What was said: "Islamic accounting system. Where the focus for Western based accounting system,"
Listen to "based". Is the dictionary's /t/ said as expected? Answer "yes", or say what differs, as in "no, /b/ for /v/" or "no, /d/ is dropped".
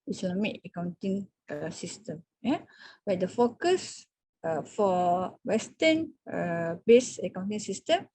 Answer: no, /t/ is dropped